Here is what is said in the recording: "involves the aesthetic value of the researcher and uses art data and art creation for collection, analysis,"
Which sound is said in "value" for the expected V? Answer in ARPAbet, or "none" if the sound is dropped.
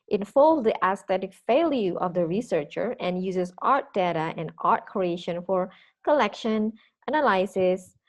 F